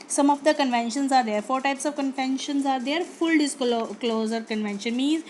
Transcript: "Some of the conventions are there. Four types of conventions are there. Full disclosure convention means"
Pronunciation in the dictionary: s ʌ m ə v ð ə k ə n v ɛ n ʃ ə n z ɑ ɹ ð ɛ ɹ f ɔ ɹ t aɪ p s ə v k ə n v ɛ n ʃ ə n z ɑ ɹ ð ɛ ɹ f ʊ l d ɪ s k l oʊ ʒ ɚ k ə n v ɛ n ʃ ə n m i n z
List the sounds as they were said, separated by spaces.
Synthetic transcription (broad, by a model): s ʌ m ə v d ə k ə n v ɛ n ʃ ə n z ɑ ɹ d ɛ ɹ f ɔ ɹ t aɪ p s ə v k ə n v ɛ n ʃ ə n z ɑ ɹ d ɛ ɹ f ʊ l d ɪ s k l oʊ z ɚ k ə n v ɛ n ʃ ə n m i n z